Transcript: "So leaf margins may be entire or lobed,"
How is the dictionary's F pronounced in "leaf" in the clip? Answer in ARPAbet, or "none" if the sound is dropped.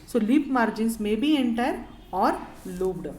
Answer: P